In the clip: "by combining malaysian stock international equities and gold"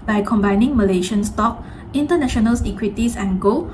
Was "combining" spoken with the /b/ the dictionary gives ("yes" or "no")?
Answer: yes